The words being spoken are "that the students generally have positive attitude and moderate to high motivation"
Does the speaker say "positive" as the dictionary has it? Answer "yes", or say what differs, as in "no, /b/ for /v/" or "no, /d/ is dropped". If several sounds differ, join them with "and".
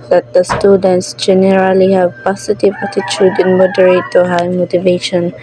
no, /s/ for /z/